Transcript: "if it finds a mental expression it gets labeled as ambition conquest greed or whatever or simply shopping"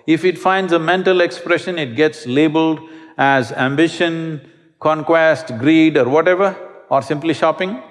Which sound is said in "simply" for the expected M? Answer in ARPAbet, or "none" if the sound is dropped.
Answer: M